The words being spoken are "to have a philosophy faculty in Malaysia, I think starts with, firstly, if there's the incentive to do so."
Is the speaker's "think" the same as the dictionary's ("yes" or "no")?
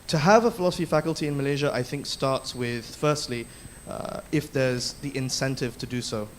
yes